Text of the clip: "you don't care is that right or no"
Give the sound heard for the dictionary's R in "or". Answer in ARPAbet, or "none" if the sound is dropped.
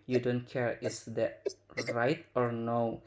R